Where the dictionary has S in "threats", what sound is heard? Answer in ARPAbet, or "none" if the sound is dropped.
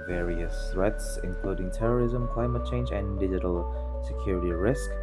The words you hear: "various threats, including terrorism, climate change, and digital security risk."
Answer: S